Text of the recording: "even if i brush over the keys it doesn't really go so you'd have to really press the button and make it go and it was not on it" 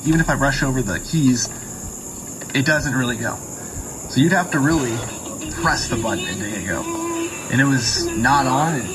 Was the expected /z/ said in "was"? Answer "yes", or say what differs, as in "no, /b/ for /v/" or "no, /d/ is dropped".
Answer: yes